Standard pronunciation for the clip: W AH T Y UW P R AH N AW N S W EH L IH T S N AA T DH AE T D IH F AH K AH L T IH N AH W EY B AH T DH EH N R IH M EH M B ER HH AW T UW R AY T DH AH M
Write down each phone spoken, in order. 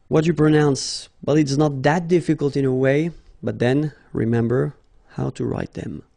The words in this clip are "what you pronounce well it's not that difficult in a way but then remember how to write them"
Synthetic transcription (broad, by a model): W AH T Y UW P R AH N AW N S W EH L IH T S N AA T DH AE T D IH F AH K AH L T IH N AH W EY B AH T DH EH N R IH M EH M B ER HH AW T UW R AY T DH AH M